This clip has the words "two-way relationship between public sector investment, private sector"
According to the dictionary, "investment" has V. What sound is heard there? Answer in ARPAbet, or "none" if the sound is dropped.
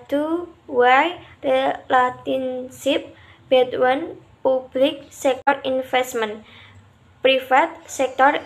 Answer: F